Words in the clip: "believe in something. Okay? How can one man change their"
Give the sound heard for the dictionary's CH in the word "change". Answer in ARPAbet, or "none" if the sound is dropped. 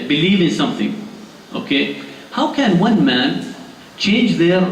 CH